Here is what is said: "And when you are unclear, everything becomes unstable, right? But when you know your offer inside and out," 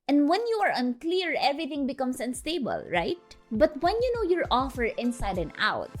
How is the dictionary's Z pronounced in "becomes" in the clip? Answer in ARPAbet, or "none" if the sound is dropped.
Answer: S